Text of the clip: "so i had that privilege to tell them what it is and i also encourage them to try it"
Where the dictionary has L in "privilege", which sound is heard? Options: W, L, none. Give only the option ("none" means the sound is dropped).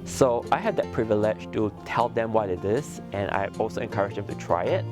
L